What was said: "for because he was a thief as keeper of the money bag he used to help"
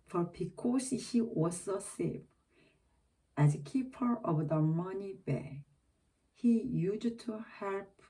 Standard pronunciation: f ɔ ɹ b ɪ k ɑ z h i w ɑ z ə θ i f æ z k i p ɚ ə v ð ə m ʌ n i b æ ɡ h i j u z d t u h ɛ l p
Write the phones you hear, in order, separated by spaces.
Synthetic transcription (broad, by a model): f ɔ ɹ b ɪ k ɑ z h i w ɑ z ə s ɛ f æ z k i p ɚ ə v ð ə m ʌ n i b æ h i j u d t u h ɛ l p